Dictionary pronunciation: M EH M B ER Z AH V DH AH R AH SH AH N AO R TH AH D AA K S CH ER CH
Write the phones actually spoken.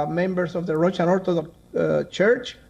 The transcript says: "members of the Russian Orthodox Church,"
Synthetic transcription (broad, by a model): M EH M B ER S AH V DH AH R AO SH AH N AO R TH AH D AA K CH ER CH